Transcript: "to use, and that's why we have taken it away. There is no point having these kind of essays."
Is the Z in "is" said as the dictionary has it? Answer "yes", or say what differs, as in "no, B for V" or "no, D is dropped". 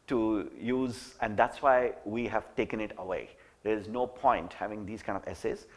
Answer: yes